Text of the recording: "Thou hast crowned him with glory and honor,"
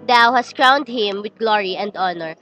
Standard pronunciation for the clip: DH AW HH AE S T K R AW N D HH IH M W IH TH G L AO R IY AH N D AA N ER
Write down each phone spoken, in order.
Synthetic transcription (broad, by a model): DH AW HH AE S T K R AW N D HH IH M W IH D G L AO R IY AH N D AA N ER